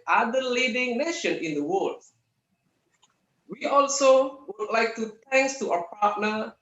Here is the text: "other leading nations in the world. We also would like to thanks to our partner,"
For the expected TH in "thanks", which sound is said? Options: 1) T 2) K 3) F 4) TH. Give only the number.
1